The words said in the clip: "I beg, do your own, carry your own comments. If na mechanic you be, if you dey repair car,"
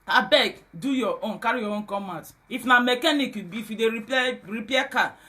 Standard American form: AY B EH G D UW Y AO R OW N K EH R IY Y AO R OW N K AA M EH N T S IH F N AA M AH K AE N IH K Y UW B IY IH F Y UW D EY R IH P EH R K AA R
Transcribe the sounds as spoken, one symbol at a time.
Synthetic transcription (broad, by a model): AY B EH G D UW Y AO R OW N K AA R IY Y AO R OW N K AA M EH T IH F N AA M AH K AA N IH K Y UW B IY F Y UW D EY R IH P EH K AA